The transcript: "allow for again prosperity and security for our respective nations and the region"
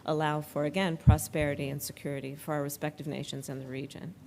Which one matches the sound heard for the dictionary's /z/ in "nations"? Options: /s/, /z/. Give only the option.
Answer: /z/